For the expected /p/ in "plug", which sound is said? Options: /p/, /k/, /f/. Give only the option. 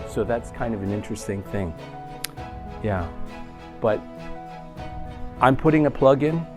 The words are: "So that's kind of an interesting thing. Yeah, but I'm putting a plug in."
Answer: /p/